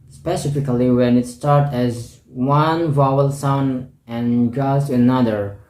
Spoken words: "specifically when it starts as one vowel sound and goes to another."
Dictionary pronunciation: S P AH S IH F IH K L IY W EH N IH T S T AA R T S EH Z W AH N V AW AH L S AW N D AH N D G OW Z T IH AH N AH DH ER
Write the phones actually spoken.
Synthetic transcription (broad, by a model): S P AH S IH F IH K L IY W EH N IH T S T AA R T EH Z W AH N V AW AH L S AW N AH N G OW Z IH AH N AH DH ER